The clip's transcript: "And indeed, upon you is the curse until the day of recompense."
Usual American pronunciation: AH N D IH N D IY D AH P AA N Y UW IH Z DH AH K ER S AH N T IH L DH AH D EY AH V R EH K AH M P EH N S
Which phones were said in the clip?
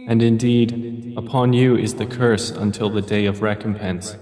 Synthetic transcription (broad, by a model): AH N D IH N D IY D AH P AA N Y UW IH Z DH AH K ER S AH N T IH L DH AH D EY AH V R EH K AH M P EH N S